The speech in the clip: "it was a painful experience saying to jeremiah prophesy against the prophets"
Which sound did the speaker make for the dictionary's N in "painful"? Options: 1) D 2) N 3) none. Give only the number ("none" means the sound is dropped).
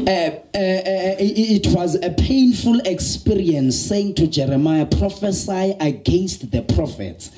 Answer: 2